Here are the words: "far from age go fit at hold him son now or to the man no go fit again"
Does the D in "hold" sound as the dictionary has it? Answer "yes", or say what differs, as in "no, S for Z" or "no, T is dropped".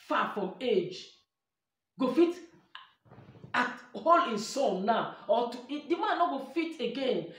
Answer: no, D is dropped